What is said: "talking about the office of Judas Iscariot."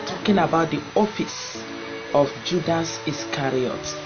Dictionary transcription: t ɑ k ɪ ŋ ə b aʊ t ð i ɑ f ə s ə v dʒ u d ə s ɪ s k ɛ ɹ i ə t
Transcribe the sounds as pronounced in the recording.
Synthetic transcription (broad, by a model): t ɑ k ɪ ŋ ə b aʊ t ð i ɑ f ə s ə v dʒ u d ə s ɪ s k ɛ ɹ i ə t